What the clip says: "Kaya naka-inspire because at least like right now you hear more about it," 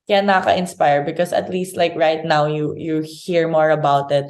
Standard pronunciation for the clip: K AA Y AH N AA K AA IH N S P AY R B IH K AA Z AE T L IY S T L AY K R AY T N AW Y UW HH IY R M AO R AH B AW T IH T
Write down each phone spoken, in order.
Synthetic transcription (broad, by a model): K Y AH N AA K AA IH N S P AY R B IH K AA S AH T L IY S T L AY K R AY T N AW Y UW HH IY R M AO R AH B AW T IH T